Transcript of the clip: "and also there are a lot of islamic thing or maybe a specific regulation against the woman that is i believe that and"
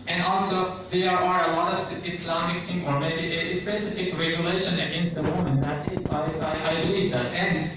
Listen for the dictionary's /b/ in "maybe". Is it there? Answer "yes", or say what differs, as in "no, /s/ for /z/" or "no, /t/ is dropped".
no, /b/ is dropped